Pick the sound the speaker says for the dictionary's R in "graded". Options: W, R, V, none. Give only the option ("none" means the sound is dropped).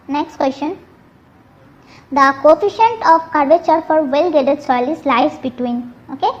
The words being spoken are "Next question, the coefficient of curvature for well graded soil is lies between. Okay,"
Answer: none